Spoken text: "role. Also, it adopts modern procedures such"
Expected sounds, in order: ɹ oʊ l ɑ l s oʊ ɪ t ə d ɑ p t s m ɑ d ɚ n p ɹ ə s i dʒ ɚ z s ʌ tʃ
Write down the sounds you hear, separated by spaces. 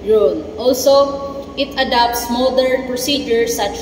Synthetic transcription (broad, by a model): ɹ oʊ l ɑ l s oʊ ɪ t ə d ɑ p t s m ɑ d ɚ n p ɹ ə s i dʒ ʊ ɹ s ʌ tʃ